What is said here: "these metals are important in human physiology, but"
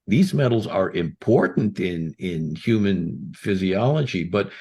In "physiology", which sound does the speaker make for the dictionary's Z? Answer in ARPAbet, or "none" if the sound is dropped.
Z